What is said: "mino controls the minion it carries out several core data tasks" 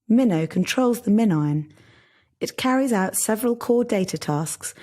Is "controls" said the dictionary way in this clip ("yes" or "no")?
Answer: yes